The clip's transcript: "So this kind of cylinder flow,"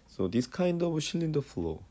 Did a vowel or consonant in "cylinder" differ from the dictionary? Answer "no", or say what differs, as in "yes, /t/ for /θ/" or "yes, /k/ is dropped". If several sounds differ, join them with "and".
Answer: yes, /ʃ/ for /s/